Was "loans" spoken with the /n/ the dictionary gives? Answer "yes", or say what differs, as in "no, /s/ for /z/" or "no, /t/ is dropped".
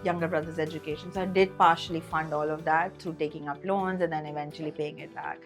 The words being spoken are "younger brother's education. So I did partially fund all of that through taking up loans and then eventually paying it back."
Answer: yes